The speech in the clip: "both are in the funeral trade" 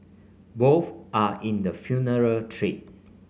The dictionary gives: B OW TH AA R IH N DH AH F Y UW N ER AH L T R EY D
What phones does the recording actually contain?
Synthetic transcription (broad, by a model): B OW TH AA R IH N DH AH F Y UW N ER AH L T R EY